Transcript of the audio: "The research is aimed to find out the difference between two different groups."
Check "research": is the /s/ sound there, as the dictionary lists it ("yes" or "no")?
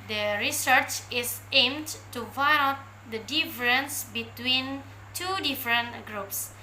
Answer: yes